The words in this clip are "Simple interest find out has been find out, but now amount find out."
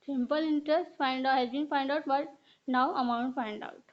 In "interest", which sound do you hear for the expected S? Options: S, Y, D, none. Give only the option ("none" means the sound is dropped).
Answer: S